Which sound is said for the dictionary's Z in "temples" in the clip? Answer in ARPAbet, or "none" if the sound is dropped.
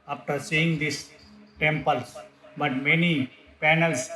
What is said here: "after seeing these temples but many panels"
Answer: none